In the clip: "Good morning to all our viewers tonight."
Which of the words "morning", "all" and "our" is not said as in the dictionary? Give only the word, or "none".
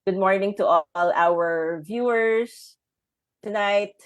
none